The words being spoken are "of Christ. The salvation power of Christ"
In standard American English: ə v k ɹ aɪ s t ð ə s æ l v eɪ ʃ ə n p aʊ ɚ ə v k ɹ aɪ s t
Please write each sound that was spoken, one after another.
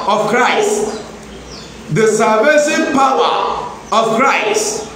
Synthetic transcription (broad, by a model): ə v k ɹ aɪ s t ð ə s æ v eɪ s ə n p aʊ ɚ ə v k ɹ aɪ s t